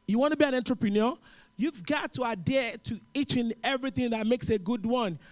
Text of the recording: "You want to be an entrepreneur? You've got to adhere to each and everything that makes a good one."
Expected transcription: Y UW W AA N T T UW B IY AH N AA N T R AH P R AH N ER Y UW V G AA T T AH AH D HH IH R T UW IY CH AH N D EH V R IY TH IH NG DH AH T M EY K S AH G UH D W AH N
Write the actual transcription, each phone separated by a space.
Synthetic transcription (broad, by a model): Y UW W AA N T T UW B IY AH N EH N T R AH P R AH N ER Y UW V G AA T T AH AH D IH T UW IY CH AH N EH V R IY TH IH NG DH AH T M EY K S AH G UH D W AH N